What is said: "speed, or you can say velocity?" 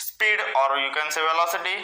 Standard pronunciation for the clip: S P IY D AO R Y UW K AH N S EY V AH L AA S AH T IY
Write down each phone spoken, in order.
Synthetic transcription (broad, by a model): S P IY D AO R Y UW K AH N S EY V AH L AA S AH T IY